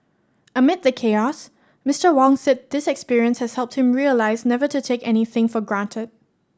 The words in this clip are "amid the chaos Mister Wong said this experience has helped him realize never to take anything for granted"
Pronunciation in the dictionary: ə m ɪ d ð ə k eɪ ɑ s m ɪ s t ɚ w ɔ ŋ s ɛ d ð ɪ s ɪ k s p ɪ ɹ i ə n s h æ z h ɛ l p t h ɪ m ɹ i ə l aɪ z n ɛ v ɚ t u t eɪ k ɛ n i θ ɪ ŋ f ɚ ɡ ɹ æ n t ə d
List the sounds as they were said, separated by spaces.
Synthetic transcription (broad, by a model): ə m ɪ d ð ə k eɪ ɑ s m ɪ s t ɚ w ɔ ŋ s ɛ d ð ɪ s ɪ k s p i ɹ i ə n s h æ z h ɛ l p t h ɪ m ɹ i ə l aɪ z n ɛ v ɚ t u t eɪ k ɛ n i θ ɪ ŋ f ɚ ɡ ɹ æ n t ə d